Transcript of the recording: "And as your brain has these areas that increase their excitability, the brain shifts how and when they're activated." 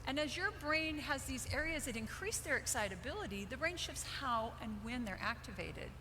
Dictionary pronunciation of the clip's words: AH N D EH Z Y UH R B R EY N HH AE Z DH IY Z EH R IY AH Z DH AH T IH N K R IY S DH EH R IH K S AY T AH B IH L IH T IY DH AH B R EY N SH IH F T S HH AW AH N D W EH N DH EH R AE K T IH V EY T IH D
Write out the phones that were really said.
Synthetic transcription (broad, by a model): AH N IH Z Y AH R B R EY N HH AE Z DH IY Z EH R IY AH Z DH AH T IH N K R IY S DH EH R IH K S AY T AH B IH L IH T IY DH AH B R EY N SH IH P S HH AW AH N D W EH N DH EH R AE K T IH V EY T IH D